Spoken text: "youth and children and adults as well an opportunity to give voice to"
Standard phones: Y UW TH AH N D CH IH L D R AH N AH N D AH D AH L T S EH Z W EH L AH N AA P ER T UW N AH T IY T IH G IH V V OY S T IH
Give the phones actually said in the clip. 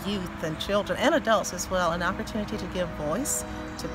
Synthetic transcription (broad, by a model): Y UW TH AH N CH IH L D R AH N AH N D AH D AH L T S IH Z W EH L AH N AA P ER T UW N AH T IY T IH G IH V V OY S T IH